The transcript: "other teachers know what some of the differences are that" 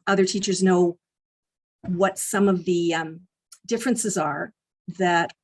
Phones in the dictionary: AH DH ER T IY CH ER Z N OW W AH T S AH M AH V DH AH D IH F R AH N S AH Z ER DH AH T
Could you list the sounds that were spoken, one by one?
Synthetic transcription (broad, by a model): AH DH ER T IY CH ER Z N OW W AH T S AH M AH V DH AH D IH F R AH N S AH Z ER DH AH T